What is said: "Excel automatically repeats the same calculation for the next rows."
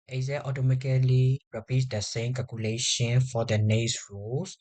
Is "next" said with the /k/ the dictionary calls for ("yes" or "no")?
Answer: no